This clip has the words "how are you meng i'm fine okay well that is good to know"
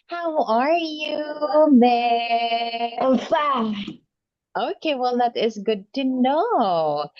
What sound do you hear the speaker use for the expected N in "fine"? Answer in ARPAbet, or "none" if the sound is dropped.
none